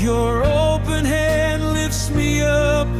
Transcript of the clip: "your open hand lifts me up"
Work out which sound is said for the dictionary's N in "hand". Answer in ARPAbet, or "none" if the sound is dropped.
N